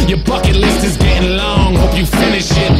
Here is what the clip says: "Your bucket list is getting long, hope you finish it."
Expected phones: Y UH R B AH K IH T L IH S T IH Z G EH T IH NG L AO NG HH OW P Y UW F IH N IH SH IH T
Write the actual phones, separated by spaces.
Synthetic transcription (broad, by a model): Y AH R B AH K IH T L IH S IH Z G EH T IH NG L AO NG HH OW P Y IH F IH N IH SH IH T